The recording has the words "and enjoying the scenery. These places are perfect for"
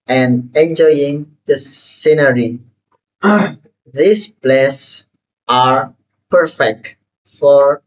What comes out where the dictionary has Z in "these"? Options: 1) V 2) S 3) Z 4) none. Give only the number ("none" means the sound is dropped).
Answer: 2